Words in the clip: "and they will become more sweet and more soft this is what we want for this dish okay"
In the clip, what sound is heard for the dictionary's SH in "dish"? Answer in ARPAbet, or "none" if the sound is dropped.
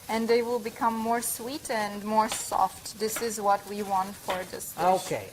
S